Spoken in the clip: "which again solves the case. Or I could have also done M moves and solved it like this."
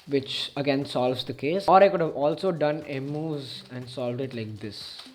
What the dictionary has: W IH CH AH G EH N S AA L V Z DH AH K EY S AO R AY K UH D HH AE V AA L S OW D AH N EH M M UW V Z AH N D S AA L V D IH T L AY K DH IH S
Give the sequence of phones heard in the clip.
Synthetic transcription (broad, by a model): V IH CH AH G EH N S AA L V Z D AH K EY S AO R AY K UH D HH AE V AA L S OW D AH N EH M M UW Z AH N D S AA L V D IH T L AY K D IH S